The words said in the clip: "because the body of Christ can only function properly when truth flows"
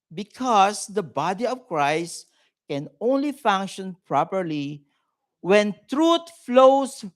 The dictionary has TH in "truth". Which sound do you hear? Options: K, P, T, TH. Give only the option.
T